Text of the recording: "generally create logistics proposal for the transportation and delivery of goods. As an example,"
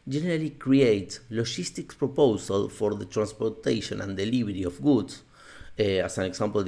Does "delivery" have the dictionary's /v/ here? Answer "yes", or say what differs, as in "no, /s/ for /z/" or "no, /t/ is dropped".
no, /b/ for /v/